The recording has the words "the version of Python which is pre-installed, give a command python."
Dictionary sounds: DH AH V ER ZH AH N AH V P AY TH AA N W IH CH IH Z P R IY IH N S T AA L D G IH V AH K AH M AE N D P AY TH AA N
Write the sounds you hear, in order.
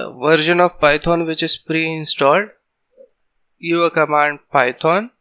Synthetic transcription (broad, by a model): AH V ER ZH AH N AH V P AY T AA N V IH CH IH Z P R IY IH N S T AA L D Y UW AH K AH M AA N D P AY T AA N